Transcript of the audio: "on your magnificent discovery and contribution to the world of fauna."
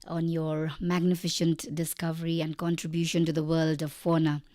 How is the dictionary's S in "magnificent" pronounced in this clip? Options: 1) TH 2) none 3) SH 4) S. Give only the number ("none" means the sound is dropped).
3